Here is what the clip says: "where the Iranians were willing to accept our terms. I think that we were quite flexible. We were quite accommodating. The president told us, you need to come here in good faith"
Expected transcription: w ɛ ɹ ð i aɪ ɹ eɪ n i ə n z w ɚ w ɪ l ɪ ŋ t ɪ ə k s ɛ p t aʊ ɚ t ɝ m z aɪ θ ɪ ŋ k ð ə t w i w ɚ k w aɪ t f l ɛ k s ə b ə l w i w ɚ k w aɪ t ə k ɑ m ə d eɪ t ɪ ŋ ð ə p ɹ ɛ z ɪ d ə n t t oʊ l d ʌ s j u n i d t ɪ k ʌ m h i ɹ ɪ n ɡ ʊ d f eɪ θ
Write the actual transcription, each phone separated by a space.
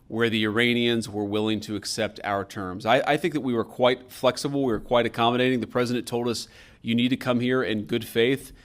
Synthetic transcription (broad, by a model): w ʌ ɹ ð i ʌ ɹ eɪ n i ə n z w ɚ w ɪ l ɪ ŋ t ɪ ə k s ɛ p t aʊ ɚ t ɝ m z aɪ θ ɪ ŋ k ð ə t w i w ɚ k w aɪ t f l ɛ k s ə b l w i w ɚ k w aɪ t ə k ɑ m ə d eɪ t ɪ ŋ ð ə p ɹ ɛ z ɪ d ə n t t oʊ l d ʌ s j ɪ n i d t ɪ k ʌ m h i ɹ ɪ n ɡ ʊ d f eɪ θ